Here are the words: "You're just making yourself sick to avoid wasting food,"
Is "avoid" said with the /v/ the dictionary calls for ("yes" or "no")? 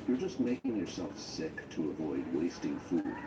yes